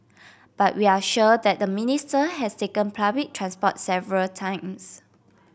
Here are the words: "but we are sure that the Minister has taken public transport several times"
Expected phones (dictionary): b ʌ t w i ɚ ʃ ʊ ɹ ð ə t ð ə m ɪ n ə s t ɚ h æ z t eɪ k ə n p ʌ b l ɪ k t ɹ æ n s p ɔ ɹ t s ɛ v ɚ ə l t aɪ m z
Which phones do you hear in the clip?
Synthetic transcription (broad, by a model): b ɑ t w i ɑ ʃ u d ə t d ə m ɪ n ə s t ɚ h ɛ s t eɪ k ə n p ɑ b ɪ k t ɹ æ n s p ɔ t s ɛ v ɚ ə l t aɪ m s